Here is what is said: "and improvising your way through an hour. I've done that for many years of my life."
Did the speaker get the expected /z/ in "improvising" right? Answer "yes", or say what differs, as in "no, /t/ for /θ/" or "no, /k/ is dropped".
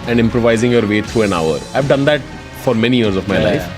yes